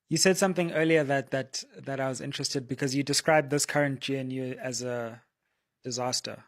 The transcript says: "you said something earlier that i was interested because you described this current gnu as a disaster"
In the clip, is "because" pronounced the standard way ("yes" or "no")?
yes